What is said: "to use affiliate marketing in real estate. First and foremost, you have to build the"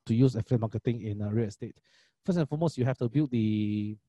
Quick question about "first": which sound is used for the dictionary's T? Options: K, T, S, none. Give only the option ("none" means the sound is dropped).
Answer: none